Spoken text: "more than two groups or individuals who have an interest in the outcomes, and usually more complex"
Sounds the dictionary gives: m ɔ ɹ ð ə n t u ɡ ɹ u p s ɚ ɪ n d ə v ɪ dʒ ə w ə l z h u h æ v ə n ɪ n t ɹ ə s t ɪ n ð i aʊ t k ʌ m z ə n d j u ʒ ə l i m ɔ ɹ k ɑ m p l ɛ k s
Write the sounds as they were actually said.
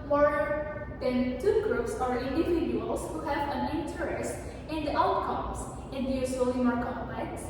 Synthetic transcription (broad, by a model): m ɔ ɹ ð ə n t u ɡ ɹ u p s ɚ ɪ n d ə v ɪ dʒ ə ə l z h u h æ v ə n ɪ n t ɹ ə s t ɪ n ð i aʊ t k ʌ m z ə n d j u s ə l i m ɔ ɹ k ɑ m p l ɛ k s